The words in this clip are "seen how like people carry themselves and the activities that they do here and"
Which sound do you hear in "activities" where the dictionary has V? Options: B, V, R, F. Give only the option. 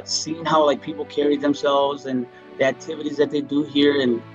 V